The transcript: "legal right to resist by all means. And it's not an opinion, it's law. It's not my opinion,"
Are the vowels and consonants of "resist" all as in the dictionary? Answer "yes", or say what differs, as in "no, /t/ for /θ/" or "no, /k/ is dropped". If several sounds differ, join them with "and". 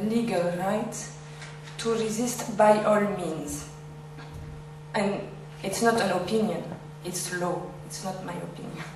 yes